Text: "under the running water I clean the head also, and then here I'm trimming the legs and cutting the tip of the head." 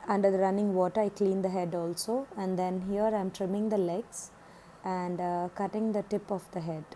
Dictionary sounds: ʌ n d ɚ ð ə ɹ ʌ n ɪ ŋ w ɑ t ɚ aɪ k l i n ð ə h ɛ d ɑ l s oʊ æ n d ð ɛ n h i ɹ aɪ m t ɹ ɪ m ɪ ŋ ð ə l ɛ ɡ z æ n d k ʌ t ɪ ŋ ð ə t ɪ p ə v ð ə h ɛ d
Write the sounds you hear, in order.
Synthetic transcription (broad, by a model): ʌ n d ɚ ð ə ɹ ʌ n ɪ ŋ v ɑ t ɚ aɪ k l i n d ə h ɛ d ɑ l s oʊ æ n d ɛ n h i ɹ aɪ m t ɹ ɪ m ɪ ŋ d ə l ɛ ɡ s æ n d k ʌ t ɪ ŋ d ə t ɪ p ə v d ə h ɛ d